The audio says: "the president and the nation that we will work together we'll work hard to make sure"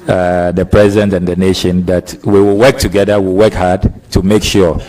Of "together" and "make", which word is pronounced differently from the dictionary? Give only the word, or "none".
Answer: none